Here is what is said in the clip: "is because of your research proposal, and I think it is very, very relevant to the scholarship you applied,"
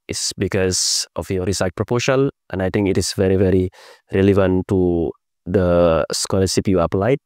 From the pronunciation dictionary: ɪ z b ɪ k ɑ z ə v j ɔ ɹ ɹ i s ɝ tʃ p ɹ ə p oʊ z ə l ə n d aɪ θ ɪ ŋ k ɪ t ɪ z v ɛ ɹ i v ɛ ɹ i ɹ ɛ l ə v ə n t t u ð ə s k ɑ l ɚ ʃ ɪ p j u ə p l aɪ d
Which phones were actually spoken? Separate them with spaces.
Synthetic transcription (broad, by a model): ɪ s b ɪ k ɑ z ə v j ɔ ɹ ɹ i s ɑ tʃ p ɹ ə p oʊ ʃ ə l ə n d aɪ t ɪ ŋ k ɪ t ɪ s v ɛ ɹ i v ɛ ɹ i ɹ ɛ l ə v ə n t t u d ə s k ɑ l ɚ s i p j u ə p l aɪ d